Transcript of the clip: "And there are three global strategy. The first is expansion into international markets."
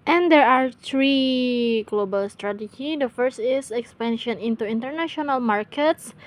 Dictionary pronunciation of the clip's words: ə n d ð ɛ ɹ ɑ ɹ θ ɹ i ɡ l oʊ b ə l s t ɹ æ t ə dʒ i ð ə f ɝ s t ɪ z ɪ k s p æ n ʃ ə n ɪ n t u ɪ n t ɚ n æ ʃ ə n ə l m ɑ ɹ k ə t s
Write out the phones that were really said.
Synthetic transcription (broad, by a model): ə n d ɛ ɹ ɑ ɹ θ ɹ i ɡ l oʊ b ə l s t ɹ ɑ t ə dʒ i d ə f ɝ s t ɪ s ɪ k s p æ n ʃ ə n ɪ n t u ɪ n t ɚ n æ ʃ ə n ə l m ɑ ɹ k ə t s